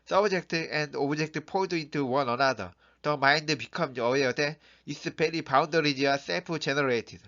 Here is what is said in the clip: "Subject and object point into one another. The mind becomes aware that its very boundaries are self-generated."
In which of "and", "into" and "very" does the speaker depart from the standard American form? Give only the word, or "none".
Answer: very